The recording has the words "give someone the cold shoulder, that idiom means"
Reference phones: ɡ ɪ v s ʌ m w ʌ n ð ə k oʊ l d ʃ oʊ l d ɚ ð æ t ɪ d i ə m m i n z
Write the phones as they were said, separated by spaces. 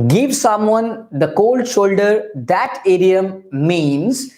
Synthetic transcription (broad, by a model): ɡ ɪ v s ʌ m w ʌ n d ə k oʊ l d ʃ oʊ l d ɚ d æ t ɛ d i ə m m i n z